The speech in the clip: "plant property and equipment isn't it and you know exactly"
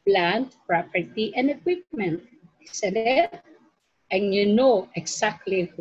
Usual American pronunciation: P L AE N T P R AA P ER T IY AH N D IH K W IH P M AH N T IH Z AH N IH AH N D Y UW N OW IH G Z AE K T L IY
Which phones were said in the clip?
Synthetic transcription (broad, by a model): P L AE N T P R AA P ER T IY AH N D IH K W IH P M AH N T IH S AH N IH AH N Y UW N OW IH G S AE K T L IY